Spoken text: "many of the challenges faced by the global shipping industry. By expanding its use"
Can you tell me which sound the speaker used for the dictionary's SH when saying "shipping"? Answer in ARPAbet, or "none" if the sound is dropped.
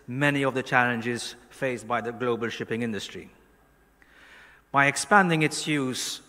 SH